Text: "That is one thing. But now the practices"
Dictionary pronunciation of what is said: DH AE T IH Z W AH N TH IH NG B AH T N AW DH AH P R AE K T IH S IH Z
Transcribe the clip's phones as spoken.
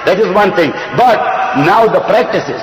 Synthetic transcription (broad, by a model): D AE T IH Z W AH N T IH NG B AH T N AW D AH P R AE K T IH S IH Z